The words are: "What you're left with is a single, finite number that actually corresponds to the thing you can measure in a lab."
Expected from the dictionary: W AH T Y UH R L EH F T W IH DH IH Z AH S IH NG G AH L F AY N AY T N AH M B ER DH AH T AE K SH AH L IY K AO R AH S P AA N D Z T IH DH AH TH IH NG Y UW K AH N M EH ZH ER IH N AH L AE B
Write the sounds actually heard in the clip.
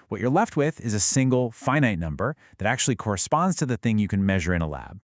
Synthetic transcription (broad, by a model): W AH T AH R L EH F T W IH DH IH Z AH S IH NG G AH L F AY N AY T N AH M B ER DH AH T AE K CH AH L IY K AO R AH S P AA N D Z T IH DH AH TH IH NG Y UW K AH N M EH ZH ER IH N AH L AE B